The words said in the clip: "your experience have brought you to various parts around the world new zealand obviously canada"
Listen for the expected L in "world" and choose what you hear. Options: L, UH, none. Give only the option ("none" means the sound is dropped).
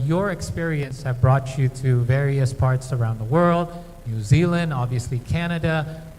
L